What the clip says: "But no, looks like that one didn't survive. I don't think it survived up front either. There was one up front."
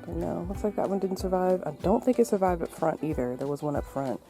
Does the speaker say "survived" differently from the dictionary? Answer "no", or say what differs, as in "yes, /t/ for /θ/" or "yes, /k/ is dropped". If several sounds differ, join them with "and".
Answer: no